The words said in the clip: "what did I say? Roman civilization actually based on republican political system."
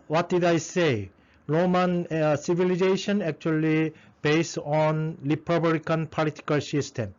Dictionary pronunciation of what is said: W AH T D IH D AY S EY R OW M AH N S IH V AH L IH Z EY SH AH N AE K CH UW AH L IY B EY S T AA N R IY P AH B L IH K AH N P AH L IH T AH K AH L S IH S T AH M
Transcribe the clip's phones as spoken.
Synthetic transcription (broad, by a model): W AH T D IH D AY S EY R OW M AH N S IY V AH L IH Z EY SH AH N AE K CH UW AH L IY B EY S T AA N L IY P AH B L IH K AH N P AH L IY T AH K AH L S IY S T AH M